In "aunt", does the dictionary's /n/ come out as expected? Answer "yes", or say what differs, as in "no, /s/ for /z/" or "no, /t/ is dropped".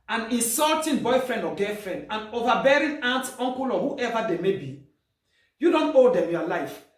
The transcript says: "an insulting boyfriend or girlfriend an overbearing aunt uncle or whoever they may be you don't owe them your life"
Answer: yes